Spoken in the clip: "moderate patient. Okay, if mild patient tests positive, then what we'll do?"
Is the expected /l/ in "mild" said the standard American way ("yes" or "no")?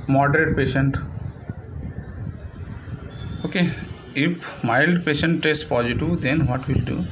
yes